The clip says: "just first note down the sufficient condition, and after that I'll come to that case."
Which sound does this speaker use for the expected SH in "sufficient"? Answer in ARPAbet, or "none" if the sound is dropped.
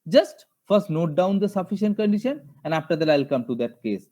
SH